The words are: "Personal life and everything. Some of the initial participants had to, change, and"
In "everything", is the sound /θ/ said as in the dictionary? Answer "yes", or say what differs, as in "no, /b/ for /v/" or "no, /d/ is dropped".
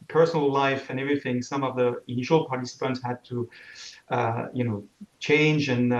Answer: yes